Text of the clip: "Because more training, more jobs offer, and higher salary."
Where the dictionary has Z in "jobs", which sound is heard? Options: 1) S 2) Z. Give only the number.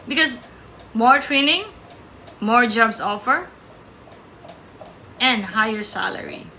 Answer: 1